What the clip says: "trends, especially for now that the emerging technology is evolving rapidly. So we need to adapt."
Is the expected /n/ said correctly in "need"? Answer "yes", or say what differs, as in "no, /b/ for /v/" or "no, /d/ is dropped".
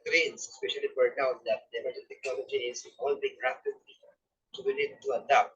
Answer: no, /l/ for /n/